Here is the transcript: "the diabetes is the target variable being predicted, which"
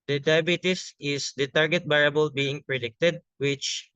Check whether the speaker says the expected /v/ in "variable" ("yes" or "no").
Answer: no